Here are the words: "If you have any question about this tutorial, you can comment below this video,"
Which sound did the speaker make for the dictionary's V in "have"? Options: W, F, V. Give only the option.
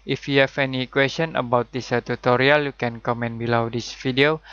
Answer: F